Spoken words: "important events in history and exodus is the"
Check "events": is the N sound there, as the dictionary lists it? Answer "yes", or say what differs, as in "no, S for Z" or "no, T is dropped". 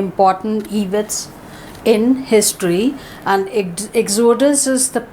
no, N is dropped